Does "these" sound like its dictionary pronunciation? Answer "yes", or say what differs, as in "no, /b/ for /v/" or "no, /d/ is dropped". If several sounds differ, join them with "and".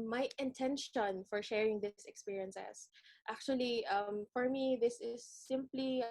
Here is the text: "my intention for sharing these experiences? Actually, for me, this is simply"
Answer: no, /s/ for /z/